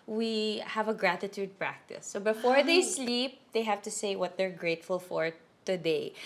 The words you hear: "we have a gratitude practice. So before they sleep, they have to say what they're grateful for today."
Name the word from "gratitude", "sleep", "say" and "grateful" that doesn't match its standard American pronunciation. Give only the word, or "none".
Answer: none